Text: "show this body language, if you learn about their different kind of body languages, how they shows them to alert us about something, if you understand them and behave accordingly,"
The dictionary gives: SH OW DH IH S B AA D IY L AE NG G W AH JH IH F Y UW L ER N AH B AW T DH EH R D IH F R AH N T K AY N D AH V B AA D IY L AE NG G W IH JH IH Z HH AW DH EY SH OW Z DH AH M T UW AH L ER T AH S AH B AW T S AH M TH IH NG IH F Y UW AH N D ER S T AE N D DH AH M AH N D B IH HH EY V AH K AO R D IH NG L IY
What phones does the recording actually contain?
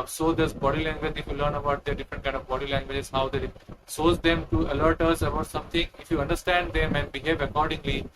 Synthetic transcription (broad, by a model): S OW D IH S B AA D IY L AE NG G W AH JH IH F Y UW L ER N AH B AW T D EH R D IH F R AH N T K AY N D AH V B AA D IY L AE NG G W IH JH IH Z HH AW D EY S OW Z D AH M T UW AH L ER T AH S AH B AW T S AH M T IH NG IH F Y UW AH N D ER S T AE N D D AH M AH N D B IH HH EY V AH K AO R D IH NG L IY